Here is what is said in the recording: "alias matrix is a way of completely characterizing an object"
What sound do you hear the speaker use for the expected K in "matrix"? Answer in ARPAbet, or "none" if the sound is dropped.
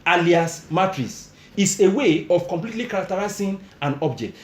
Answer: none